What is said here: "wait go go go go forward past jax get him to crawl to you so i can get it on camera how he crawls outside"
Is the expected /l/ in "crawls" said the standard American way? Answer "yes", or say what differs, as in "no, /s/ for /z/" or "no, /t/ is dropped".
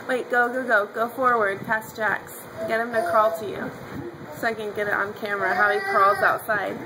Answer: yes